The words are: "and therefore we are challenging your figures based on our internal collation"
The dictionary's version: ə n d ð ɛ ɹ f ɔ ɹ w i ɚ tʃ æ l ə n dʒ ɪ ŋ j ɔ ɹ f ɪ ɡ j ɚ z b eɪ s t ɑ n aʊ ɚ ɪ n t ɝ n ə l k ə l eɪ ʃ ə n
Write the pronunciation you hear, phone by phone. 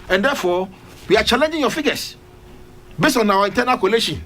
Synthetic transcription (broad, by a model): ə n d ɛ f ɔ w i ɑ tʃ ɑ l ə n dʒ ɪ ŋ j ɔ f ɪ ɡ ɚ s b eɪ s t ɑ n aʊ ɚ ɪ n t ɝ n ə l k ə l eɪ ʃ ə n